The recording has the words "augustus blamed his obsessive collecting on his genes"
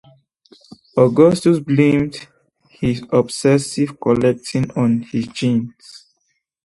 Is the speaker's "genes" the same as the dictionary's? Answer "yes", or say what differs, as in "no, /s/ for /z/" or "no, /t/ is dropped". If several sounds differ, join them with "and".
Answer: no, /s/ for /z/